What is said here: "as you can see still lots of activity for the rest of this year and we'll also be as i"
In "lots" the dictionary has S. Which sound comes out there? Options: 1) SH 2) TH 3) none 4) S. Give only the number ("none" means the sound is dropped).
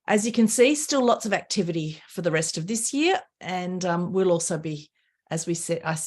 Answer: 4